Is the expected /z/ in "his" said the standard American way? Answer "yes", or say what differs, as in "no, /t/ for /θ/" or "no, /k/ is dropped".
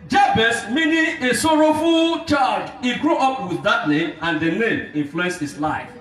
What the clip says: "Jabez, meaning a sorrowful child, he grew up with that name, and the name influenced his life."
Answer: no, /s/ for /z/